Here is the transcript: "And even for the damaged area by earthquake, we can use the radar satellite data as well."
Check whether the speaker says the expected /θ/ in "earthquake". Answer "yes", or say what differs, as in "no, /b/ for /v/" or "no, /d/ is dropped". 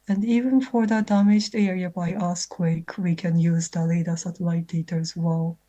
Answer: no, /s/ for /θ/